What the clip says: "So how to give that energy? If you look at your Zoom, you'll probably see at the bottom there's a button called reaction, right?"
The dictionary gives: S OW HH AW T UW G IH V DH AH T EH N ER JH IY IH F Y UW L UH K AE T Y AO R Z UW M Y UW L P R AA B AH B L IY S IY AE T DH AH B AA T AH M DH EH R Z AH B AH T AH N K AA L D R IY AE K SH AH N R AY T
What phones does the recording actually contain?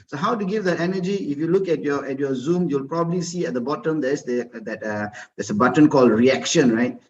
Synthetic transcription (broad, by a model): S OW HH AW T UW G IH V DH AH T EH N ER JH IY IH F Y UW L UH K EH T Y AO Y Z UW M Y UW L P R AA B AH B L IY S IY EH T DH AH B AA T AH M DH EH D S AH B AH T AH N K AA L D R IY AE K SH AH N R AY T